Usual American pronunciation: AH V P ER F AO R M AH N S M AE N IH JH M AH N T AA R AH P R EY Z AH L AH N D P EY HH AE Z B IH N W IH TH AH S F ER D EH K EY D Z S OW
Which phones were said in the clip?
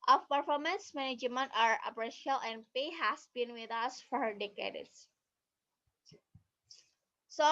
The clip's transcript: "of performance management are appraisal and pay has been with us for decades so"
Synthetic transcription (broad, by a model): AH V P ER F AO R M AH N S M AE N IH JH M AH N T AA R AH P R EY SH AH L AH N D P EY HH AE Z B IH N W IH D AH S F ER D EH K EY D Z S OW